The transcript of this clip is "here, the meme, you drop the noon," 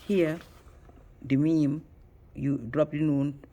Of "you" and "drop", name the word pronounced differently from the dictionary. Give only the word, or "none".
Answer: none